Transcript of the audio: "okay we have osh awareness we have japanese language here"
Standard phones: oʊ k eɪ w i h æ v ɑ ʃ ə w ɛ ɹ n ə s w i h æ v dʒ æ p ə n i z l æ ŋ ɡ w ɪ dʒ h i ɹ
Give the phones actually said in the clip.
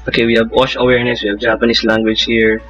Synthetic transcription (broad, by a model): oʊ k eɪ w i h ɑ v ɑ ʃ ə w ɛ ɹ n ə s w i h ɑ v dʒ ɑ p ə n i s l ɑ ŋ ɡ w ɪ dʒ h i ɹ